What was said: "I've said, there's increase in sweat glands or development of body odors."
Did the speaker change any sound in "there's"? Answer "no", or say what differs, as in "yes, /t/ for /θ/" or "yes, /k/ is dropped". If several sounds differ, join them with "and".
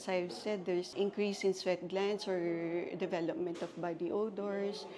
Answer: yes, /s/ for /z/